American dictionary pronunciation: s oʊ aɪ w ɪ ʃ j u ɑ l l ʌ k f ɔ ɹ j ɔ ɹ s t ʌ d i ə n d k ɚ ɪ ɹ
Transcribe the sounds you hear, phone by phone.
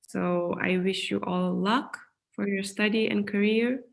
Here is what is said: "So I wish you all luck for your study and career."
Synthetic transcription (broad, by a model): s oʊ aɪ w ɪ ʃ j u ɑ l l ʌ k f ɔ ɹ j ɔ ɹ s t ʌ d i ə n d k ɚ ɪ ɹ